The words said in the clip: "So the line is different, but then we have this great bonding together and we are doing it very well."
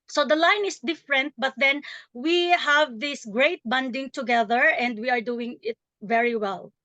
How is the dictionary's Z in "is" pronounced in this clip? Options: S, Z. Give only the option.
S